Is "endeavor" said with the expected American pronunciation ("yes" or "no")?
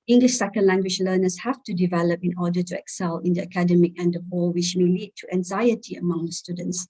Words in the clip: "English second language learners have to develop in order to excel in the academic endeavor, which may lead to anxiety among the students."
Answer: no